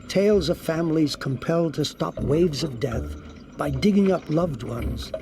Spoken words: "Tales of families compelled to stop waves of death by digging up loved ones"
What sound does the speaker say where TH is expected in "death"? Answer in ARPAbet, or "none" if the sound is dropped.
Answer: TH